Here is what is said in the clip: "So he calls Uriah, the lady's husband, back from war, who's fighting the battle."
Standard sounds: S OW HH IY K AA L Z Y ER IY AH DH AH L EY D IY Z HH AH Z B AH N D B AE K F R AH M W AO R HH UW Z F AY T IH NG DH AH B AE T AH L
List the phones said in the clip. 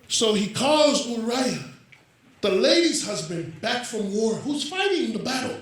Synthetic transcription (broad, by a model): S OW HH IY K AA Z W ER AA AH DH AH L EY D IY Z HH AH Z B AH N B AE K F R AH M W AO R HH UW Z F AY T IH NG DH AH B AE T L